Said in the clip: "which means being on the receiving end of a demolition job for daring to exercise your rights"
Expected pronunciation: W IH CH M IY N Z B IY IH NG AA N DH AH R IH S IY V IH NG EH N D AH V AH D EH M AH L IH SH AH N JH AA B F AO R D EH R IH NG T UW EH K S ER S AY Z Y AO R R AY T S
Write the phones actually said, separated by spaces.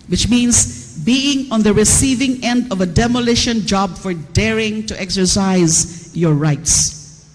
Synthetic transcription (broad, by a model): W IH CH M IY N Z B IY IH NG AA N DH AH R IH S IY V IH NG EH N D AH V AH D EH M AH L IH SH AH N JH AA B F AO R D EH R IH NG T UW EH K S ER S AY Z Y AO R R AY T S